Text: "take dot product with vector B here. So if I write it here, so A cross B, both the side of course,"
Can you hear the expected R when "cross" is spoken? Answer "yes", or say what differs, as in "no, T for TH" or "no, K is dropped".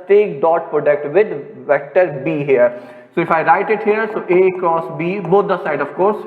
no, R is dropped